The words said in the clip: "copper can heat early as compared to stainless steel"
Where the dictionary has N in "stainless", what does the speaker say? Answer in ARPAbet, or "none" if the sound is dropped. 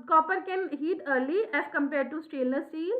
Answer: none